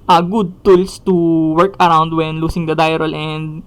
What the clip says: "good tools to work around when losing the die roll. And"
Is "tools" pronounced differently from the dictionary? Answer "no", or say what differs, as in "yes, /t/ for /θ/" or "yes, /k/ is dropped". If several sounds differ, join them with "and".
yes, /s/ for /z/